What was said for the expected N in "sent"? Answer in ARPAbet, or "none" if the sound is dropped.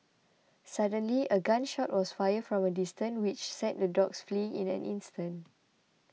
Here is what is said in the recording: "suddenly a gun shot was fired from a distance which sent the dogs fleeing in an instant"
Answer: none